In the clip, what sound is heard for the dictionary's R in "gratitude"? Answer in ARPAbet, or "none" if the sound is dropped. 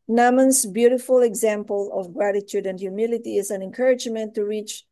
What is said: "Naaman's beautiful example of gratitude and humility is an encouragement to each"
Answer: R